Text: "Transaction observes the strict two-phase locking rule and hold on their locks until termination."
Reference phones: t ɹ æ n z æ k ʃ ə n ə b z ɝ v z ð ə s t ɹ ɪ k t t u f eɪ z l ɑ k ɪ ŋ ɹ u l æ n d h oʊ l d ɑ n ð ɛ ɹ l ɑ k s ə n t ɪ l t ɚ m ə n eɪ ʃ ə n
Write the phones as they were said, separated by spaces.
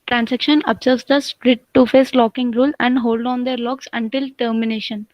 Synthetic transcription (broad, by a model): t ɹ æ n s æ k ʃ ə n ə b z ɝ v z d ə s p ɹ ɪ t t u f eɪ s l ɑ k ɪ ŋ ɹ u l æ n d h oʊ l d ɑ n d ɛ ɹ l ɑ k s ə n t ɪ l t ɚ m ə n eɪ ʃ ə n